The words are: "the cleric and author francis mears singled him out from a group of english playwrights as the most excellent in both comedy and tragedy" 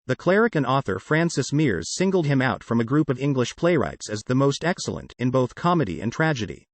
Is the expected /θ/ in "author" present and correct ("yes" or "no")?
yes